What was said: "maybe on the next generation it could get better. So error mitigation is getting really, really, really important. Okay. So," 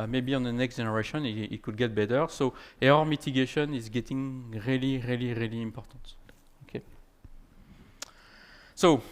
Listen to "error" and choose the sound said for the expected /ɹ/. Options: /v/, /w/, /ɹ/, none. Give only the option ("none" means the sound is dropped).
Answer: none